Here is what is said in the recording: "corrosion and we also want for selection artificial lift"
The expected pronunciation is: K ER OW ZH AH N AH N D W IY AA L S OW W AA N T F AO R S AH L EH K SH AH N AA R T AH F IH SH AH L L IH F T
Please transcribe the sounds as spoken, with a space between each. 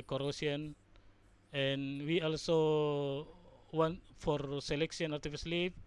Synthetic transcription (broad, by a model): K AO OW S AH N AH N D W IY AA L S OW W AA N T F AO R S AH L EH K S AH N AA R T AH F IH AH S L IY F